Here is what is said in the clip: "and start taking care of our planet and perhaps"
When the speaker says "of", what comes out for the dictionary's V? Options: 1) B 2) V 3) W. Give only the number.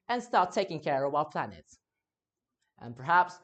3